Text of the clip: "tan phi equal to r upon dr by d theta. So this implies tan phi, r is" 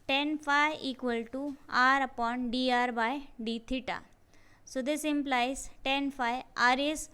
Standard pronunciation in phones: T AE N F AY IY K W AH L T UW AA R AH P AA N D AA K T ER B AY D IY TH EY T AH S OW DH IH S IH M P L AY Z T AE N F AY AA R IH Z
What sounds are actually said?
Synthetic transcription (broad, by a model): T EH N F AY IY K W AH L T UW AA R AH P AA N D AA T B AY D IY T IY T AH S OW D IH S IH M P L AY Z T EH N F AY AA R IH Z